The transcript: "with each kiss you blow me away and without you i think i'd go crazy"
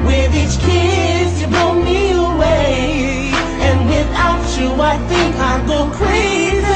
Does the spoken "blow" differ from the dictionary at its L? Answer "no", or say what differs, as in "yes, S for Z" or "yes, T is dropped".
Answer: yes, L is dropped